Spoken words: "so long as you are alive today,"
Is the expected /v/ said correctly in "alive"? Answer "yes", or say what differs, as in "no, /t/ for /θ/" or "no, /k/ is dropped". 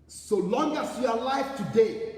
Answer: no, /f/ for /v/